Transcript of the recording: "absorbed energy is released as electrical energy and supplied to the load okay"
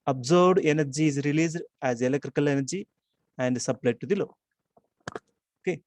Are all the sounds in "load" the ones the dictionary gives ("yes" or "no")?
no